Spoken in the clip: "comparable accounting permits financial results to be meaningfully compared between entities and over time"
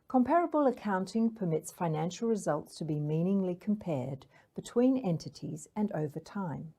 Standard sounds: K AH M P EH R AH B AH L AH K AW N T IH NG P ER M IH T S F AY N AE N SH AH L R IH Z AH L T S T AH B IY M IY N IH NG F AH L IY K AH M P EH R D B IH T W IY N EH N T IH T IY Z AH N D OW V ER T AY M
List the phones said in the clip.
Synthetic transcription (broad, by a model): K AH M P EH R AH B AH L AH K AW N T IH NG P ER M IH T S F AY N AE N SH L R IH Z AH L T S T AH B IY M IY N IH NG L IY K AH M P EH R D B IH T W IY N EH N T IH T IY Z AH N OW V ER T AY M